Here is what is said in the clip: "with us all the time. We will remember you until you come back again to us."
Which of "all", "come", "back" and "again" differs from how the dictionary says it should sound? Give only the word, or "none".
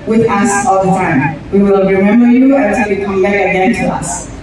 back